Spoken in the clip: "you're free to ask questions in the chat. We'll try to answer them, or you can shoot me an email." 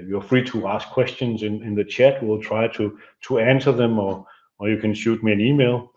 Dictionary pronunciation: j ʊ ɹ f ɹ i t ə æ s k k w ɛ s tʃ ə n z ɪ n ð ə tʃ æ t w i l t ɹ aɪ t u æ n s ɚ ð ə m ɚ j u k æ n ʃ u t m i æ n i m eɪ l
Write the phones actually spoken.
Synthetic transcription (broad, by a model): j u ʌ f ɹ i t ə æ s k k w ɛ s tʃ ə n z ɪ n ð ə tʃ æ t w i l t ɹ aɪ t u æ n s ɚ ð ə m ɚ j u k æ n ʃ u t m i æ n i m eɪ l